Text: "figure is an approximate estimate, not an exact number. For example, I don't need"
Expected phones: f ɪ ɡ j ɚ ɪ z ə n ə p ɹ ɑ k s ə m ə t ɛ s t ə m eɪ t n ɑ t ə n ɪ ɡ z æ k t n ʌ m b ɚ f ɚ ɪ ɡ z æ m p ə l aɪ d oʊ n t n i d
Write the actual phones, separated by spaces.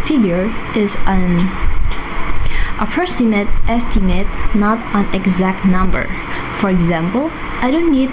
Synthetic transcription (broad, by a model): f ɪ ɡ j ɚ ɪ z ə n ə p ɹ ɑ s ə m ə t ɛ s t ə m eɪ t n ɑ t ə n ɪ ɡ z æ k t n ʌ m b ɚ f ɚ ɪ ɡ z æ m p l aɪ d oʊ n t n i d